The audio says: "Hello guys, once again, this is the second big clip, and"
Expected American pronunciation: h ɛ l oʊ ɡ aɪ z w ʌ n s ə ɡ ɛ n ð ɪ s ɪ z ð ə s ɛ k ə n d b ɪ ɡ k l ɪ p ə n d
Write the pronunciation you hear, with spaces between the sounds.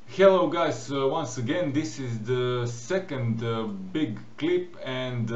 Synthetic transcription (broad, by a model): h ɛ l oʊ ɡ aɪ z w ʌ n s ə ɡ ɛ n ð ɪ s ɪ z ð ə s ɛ k ə n d b ɪ ɡ k l ɪ p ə n d